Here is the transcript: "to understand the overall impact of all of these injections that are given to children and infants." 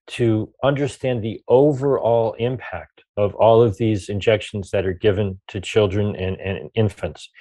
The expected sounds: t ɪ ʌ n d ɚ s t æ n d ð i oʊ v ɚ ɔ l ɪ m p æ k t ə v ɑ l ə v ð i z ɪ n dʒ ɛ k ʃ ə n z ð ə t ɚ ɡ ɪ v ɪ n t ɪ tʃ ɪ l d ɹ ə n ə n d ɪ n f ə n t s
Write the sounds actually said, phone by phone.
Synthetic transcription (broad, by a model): t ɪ ʌ n d ɚ s t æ n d ð i oʊ v ɚ ɔ l ɪ m p æ k t ə v ɑ l ə v ð i z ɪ n dʒ ɛ k ʃ n z ð ə t ɚ ɡ ɪ v ɪ n t ɪ tʃ ɪ l d ɹ ə n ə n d ɪ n f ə n t s